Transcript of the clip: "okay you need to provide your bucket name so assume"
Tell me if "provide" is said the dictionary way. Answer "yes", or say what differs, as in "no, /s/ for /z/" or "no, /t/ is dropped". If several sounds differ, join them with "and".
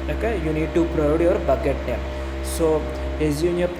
no, /v/ is dropped